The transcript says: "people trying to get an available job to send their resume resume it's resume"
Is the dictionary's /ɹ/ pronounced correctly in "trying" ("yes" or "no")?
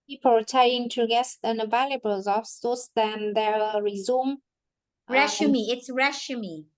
no